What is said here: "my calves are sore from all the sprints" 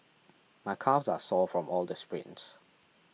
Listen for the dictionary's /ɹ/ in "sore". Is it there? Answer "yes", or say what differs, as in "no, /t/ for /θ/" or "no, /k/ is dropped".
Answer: no, /l/ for /ɹ/